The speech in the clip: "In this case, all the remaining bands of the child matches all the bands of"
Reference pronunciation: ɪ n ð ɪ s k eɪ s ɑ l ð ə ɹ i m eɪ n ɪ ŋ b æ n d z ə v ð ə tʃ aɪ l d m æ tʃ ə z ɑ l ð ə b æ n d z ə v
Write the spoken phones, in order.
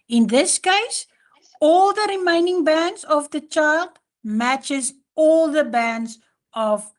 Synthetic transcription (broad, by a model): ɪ n ð ɪ s k eɪ s ɑ l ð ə ɹ i m eɪ n ɪ ŋ b æ n d z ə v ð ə tʃ aɪ l d m æ tʃ ə z ɑ l ð ə b æ n d z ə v